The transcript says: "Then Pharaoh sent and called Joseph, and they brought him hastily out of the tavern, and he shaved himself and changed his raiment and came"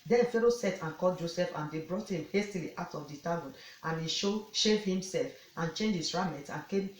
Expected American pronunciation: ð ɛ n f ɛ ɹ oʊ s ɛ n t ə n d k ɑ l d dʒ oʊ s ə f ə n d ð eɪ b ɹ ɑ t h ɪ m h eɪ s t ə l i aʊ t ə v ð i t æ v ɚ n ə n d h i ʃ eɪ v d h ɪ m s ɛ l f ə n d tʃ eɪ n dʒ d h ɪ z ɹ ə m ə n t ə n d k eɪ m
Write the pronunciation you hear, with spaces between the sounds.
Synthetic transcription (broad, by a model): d ɛ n f ɛ ɹ oʊ s ɛ t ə n k ɑ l dʒ oʊ s ə f ə n d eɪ b ɹ ɑ t h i m h eɪ s t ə l i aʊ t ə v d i t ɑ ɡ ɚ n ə n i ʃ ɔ ʃ eɪ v h ɪ m s ɛ l f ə n tʃ eɪ n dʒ h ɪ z ɹ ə m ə t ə n k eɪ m